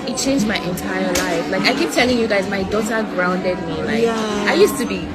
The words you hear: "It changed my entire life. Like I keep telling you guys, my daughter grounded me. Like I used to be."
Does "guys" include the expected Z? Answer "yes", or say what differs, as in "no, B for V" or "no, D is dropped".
yes